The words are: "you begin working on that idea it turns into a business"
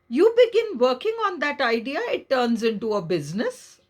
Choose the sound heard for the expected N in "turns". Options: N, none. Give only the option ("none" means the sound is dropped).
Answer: N